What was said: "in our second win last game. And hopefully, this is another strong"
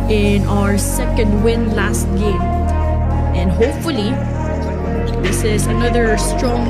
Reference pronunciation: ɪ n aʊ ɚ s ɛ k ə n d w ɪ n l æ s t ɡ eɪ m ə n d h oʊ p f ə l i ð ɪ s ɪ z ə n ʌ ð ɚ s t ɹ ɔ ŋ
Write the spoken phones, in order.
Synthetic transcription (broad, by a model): ɪ n aʊ ɚ s ɛ k ə n d w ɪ n l æ s t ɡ eɪ m ə n d h oʊ p f ə l i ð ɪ s ɪ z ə n ʌ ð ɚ s t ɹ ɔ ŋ